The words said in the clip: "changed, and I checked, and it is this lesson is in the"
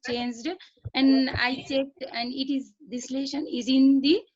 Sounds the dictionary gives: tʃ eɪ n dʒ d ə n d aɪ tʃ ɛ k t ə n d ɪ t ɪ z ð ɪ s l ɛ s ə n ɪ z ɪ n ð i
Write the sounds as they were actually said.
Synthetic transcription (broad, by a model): tʃ eɪ n dʒ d ə n d aɪ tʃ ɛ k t ə n d ɪ t ɪ z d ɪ s l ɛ ʃ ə n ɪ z ɪ n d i